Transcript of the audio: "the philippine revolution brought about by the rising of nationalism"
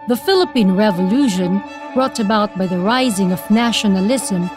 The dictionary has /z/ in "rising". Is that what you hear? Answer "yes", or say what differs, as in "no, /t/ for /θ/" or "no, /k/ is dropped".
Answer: yes